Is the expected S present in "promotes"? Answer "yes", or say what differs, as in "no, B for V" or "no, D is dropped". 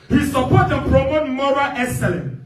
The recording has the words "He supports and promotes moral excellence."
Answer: no, S is dropped